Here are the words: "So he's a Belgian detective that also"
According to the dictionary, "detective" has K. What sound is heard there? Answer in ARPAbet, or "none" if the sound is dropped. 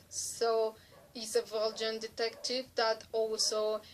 K